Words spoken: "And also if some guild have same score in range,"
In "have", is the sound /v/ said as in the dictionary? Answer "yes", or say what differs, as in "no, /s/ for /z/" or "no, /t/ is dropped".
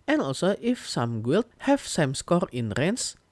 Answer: no, /f/ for /v/